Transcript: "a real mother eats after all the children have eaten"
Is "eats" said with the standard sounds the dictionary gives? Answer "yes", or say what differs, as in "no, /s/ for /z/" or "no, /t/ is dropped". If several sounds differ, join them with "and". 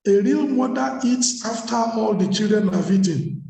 yes